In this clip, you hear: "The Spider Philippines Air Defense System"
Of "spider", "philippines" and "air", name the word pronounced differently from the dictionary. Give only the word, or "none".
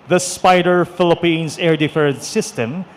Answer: philippines